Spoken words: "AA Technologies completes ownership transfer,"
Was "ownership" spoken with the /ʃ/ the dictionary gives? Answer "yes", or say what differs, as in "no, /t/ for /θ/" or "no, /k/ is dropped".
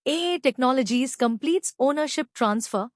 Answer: yes